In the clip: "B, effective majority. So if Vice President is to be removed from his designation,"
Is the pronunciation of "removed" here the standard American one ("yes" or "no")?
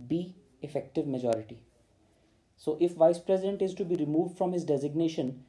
yes